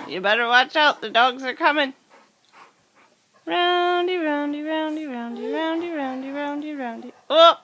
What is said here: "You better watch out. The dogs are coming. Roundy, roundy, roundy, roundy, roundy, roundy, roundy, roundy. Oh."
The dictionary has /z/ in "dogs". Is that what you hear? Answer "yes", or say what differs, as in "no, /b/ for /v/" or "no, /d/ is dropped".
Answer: yes